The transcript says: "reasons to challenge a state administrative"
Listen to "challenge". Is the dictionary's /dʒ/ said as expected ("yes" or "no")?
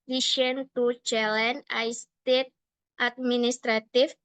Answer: no